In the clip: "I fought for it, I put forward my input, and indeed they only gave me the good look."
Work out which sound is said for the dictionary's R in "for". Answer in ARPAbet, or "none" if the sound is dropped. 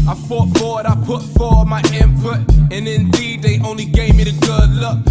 W